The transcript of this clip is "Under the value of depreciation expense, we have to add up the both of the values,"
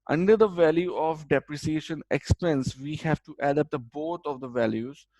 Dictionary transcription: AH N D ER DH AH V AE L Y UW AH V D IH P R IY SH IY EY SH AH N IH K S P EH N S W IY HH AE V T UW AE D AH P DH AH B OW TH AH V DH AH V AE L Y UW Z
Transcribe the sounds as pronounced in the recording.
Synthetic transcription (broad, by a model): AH N D ER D AH V AE L Y UW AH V D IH P R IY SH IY EY SH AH N IH K S P EH N S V IY HH AE V T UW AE D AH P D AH B OW T AH V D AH V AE L Y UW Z